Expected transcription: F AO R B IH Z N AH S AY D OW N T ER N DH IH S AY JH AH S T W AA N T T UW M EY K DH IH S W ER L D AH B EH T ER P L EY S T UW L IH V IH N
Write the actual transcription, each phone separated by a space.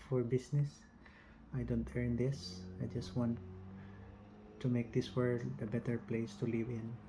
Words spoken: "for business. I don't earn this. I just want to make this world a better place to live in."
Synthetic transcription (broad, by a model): F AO R B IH S N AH S AY D OW N T ER N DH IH S AY JH AH S T W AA N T T UW M EY K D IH S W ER D AH B EH T ER P L EY S T UW L IH V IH N